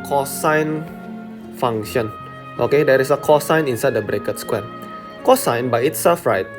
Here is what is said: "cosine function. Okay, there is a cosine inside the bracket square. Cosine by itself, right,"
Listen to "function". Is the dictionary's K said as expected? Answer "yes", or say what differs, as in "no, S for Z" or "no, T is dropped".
no, K is dropped